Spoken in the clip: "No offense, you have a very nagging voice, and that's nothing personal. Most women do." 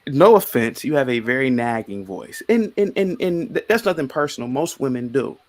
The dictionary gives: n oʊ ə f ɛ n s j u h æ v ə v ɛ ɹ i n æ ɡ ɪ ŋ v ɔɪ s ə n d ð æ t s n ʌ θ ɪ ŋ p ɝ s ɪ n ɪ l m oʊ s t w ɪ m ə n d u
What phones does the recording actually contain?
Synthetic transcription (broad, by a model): n oʊ ə f ɛ n s j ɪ v ə v ɛ ɹ i n æ ɡ ɪ ŋ v ɔɪ s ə n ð ð æ t s n ʌ θ ɪ ŋ p ɝ s n l m oʊ s t w ɪ m ə n d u